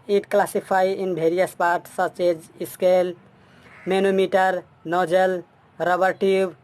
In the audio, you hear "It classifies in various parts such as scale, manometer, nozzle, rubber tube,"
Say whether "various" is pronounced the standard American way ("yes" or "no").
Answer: no